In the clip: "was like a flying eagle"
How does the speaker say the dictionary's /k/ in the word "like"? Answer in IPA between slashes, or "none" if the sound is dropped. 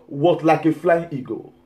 /k/